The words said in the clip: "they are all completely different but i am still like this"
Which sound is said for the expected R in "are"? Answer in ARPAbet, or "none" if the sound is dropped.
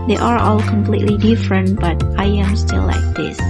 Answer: R